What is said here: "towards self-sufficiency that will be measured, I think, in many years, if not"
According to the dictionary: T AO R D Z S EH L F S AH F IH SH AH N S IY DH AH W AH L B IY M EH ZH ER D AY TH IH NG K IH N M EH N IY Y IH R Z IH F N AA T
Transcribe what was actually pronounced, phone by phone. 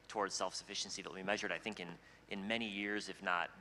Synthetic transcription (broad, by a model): T AO R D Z S EH L F S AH F IH SH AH N S IY DH AH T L B IY M EH ZH ER D AY TH IH NG K IH N M EH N IY Y IH R Z IH F N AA T